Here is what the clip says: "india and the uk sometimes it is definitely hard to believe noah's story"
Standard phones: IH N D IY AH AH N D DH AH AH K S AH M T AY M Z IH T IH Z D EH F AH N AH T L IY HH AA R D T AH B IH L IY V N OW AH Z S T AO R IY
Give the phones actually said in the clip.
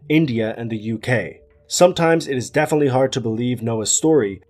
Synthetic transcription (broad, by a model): IH N D IY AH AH N DH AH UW K S AH M T AY M Z IH T IH Z D EH F AH N AH T L IY HH AA R D T AH B IH L IY V N OW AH S T AO R IY